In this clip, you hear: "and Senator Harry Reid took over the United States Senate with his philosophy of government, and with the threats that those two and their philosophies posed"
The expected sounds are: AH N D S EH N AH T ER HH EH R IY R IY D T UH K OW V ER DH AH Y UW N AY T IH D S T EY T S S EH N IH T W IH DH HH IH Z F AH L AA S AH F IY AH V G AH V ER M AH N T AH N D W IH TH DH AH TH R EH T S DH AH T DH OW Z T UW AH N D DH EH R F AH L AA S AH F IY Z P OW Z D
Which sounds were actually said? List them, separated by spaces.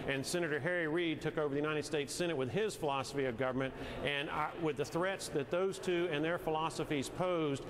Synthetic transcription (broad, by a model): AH N S EH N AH T ER HH EH R IY R IY D T UH K OW V ER DH AH Y UW N AY T IH D S T EY T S S EH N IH T W IH DH IH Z F AH L AA S AH F IY AH V G AH V ER M AH N T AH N W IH DH AH TH R EH T S DH AH T DH OW Z T UW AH N DH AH R F AH L AA S AH F IY Z P OW Z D